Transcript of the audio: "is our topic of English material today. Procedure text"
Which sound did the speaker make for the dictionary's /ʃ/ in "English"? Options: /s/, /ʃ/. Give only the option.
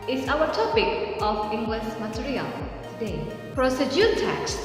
/s/